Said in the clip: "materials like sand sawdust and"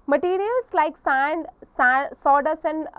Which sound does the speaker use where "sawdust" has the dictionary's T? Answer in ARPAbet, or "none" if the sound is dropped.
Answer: none